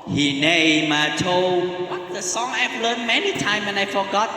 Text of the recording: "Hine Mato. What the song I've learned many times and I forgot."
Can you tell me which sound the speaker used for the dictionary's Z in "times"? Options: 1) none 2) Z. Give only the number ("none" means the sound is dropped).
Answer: 1